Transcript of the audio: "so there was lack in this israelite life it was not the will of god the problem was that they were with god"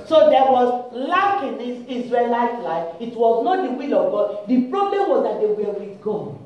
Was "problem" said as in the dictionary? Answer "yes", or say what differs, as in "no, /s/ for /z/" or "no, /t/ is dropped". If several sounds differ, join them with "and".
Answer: yes